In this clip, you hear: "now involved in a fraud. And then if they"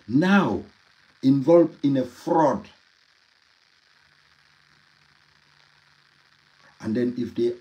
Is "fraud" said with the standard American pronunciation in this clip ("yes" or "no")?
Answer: yes